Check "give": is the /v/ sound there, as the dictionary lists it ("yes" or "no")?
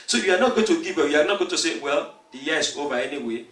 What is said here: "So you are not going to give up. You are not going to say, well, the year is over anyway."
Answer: no